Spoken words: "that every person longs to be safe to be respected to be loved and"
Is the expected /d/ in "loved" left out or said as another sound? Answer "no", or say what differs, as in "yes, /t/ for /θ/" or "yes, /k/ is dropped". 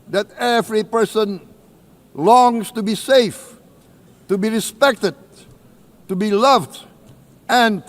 no